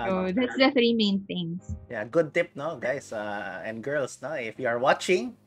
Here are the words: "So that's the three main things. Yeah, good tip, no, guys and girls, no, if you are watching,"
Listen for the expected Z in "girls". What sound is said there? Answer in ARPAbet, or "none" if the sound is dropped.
S